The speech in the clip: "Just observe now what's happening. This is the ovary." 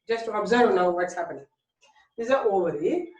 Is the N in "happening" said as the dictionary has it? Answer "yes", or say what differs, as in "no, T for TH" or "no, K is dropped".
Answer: no, N is dropped